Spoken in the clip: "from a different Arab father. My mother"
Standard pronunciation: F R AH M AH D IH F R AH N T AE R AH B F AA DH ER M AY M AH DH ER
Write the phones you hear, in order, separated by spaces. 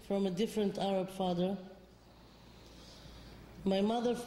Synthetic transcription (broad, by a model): F R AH M AH D IH F R AH N T AE R AH B F AA DH ER M AY M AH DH ER